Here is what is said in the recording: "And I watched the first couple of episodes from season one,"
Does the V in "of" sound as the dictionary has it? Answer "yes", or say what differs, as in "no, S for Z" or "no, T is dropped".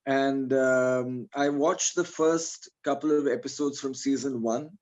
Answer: yes